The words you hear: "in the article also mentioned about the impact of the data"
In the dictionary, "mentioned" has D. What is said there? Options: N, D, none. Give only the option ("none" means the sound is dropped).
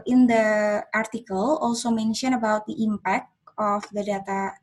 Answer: none